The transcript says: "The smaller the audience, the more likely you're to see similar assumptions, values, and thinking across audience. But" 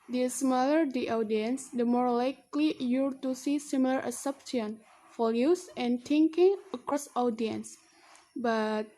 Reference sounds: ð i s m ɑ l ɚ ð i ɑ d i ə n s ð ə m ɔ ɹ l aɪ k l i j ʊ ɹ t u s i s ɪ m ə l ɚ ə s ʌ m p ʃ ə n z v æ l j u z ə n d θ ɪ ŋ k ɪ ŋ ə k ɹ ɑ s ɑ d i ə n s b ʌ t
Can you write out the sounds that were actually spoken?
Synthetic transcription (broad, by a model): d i s m ɑ l ɚ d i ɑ d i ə n s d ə m ɔ ɹ l aɪ k l i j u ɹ t u s i s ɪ m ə l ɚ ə s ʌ p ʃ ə n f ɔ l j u s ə n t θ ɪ ŋ k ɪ ŋ ə k ɹ ɑ s ɑ d i ə n s b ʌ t